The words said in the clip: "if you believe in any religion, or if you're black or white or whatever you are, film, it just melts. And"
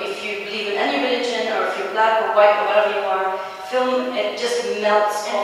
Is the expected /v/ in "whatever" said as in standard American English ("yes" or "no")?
no